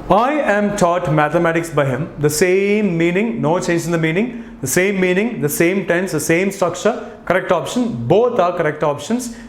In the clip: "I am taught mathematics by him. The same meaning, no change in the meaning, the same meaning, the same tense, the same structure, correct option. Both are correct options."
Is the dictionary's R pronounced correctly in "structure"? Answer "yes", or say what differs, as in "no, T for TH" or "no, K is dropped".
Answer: no, R is dropped